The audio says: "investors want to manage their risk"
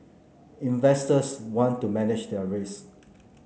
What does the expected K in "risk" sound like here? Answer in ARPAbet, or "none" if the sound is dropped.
none